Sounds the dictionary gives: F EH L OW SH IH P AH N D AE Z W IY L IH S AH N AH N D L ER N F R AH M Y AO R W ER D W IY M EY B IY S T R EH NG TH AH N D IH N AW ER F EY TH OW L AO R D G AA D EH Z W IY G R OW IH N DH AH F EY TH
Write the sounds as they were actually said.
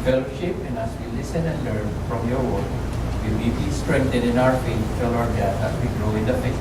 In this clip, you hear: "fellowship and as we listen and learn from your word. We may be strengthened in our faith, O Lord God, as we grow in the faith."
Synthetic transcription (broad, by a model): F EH L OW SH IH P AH N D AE S W IY L IH S AH N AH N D L ER N F R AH M Y AO R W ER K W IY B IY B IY S T R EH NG T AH D IH N AW ER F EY T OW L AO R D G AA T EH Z W IY G R OW IH N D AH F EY